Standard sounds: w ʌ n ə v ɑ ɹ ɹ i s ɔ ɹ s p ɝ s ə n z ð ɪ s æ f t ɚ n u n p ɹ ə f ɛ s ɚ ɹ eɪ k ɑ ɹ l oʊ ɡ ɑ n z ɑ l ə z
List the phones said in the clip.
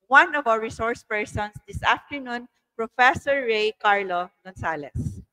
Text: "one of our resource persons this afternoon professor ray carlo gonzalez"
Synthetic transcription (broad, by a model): w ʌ n ə v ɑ w ɹ i s ɔ ɹ s p ɝ s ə n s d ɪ s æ f t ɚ n u n p ɹ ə f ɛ s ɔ ɹ eɪ k ɑ ɹ l oʊ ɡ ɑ n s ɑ l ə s